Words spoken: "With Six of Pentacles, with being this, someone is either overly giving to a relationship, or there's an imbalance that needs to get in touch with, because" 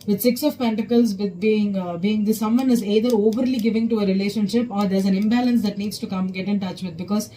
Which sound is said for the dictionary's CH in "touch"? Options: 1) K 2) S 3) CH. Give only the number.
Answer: 3